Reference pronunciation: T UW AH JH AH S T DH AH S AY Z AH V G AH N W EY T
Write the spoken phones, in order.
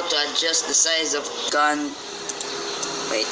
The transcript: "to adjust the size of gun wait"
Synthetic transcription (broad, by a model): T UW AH JH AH S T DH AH S AY Z AH V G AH N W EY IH